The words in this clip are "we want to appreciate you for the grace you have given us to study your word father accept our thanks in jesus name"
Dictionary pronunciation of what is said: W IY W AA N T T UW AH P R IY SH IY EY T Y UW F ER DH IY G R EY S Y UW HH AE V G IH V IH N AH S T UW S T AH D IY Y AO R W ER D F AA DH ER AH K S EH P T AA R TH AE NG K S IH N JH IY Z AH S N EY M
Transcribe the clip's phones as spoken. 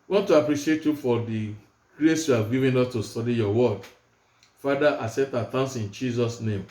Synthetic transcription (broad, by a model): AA W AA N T T UW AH P R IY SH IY EY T Y UW F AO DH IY G R EY S Y UW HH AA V G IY V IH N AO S T UW S T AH D IY Y AO W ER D F AA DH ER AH S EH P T AA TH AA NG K S IH N JH IY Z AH S N EY M